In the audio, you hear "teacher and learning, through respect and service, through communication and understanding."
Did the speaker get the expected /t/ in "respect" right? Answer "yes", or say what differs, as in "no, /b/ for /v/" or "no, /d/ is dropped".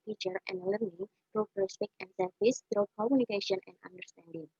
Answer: no, /t/ is dropped